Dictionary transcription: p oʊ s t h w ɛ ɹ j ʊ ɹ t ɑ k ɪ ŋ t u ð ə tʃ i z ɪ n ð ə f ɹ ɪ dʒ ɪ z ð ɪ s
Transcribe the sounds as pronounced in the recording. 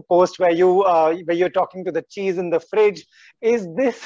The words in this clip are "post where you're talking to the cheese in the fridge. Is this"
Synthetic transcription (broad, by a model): p oʊ s t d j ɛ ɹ j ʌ ɹ t ɑ k ɪ ŋ t u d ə tʃ i z ɪ n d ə f ɹ ɪ dʒ ɪ z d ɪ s